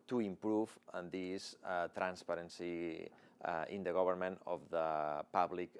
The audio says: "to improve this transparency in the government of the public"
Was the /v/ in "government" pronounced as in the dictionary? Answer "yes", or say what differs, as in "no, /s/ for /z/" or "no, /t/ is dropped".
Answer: no, /b/ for /v/